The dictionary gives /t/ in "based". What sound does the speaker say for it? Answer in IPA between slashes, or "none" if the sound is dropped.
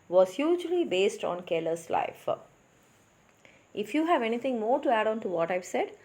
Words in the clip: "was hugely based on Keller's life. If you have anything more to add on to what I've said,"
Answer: /t/